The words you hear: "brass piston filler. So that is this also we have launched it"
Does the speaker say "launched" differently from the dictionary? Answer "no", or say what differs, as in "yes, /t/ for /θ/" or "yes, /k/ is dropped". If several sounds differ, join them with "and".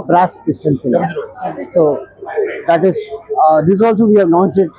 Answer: yes, /n/ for /l/ and /s/ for /tʃ/